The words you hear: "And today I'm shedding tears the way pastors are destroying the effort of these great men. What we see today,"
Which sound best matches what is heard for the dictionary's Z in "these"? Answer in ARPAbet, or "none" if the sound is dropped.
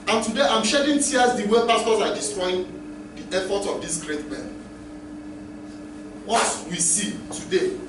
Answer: S